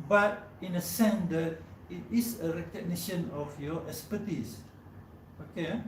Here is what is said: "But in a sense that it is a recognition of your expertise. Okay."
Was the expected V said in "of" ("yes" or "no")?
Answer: no